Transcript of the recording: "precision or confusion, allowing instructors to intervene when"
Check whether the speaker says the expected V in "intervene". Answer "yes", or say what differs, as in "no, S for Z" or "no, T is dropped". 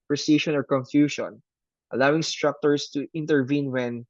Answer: yes